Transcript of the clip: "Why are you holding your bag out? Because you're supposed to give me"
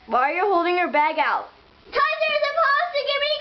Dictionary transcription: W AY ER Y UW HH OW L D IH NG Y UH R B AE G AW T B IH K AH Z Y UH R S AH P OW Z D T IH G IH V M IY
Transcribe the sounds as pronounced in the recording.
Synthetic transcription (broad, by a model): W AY ER Y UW HH OW L D IH NG Y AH R B AE G AW T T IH AH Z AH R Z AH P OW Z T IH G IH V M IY